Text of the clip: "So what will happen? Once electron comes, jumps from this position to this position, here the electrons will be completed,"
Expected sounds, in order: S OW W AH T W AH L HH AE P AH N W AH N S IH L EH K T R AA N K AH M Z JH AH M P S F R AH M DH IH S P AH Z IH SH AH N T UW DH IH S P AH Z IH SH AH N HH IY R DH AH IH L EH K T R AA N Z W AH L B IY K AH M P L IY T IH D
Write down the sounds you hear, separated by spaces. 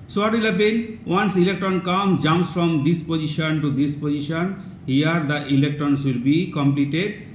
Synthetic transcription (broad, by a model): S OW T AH L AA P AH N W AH N S IH L EH K T R AA N K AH M JH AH M S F R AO M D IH S P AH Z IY SH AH N T UW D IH S P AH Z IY SH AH N HH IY R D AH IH L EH K T R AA N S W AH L B IY K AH M P L IY T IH D